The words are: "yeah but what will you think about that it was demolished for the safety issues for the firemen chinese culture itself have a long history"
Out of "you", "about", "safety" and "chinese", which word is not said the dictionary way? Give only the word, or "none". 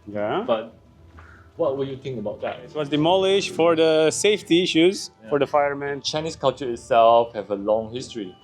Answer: chinese